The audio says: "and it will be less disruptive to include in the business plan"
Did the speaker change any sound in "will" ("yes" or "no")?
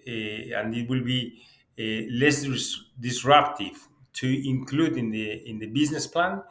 no